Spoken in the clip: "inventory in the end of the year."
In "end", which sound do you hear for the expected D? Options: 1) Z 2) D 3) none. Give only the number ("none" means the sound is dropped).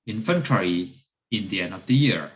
2